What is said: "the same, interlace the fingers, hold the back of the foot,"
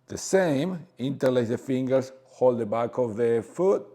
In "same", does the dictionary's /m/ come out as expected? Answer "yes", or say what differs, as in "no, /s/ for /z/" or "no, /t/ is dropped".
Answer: yes